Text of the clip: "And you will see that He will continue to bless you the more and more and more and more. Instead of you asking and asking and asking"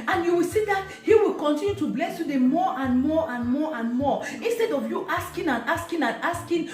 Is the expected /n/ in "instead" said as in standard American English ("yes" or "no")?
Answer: yes